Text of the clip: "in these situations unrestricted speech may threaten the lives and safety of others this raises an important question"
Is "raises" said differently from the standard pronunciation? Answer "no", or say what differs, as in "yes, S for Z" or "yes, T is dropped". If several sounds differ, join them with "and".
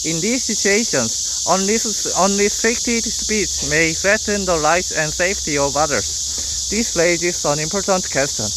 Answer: yes, L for R